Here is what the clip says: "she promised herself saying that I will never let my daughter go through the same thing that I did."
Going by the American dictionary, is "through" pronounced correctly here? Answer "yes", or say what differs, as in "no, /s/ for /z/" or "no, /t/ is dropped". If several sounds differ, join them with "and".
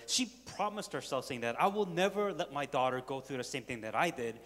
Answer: yes